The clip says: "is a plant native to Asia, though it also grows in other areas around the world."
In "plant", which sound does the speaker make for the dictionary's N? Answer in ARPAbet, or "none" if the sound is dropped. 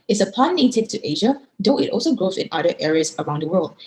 none